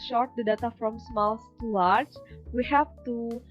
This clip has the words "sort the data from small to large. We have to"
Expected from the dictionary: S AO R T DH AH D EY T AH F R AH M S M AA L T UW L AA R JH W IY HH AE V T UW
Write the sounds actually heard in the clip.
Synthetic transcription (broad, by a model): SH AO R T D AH D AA T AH F R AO M S M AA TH T UW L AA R CH W IY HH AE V T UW